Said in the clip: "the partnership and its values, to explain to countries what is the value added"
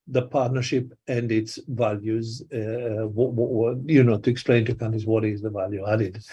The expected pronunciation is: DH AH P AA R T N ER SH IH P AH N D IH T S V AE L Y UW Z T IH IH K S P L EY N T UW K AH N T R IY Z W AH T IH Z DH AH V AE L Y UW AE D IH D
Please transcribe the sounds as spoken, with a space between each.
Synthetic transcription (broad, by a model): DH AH P AA R T N ER SH IH P AH N D IH T S V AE L Y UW Z T IH IH K S P L EY N T UW K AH N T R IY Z W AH T IH Z DH AH V AE L Y UW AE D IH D